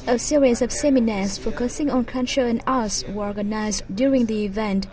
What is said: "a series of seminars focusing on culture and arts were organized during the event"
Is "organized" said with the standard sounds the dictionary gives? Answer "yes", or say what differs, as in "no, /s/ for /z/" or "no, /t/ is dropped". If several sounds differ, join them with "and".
yes